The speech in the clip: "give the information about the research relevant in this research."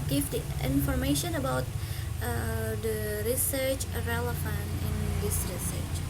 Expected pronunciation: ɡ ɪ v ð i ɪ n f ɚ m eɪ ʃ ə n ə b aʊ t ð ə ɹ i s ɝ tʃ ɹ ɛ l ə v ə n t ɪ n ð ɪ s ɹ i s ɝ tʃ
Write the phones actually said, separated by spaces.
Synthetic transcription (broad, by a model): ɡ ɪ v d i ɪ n f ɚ m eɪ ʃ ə n ə b aʊ t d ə ɹ i s ɝ tʃ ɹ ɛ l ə f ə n ɪ n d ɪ s ɹ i s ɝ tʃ